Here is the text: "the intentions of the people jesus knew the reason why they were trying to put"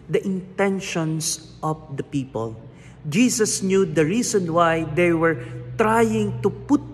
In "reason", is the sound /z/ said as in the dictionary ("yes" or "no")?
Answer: no